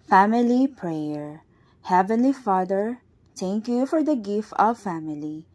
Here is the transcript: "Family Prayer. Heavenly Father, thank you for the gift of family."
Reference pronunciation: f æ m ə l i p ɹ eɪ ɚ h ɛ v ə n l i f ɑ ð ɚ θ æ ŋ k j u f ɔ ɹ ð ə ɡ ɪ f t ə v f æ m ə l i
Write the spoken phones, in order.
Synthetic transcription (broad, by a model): f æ m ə l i p ɹ eɪ ɚ h ɛ v ə n l i f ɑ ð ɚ t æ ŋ k j u f ɔ ɹ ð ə ɡ ɪ f t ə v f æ m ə l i